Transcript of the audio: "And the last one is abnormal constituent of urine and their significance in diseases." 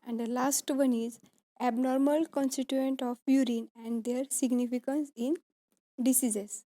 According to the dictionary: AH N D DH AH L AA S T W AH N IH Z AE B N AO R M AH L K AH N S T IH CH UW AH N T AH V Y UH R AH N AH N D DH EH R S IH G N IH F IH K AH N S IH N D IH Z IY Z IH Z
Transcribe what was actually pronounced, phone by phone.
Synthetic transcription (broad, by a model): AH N D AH L AA S T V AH N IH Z AE B N AO R M AH L K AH N S T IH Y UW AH N T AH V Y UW R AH N AH N D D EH R S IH G N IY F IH K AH N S IH N D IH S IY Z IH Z